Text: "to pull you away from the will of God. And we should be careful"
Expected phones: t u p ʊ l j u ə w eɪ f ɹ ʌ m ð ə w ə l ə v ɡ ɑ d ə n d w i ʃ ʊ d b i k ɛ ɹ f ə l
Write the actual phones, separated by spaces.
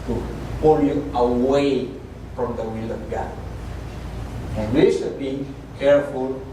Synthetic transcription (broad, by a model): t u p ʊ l j u ə w eɪ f ɹ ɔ m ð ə w ə l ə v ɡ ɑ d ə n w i s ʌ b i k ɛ ɹ f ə l